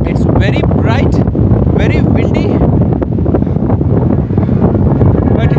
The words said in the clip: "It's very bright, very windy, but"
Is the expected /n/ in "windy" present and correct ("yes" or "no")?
no